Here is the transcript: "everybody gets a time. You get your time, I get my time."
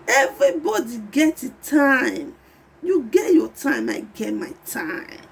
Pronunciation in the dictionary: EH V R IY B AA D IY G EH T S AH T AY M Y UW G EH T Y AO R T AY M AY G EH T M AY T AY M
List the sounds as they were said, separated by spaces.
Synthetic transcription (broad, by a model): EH V R IY B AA D IY G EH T AH T AY M Y UW G EH T Y AO T AY M AY G EH T M AY T AY M